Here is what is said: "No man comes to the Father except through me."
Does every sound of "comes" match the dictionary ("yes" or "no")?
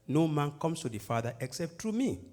no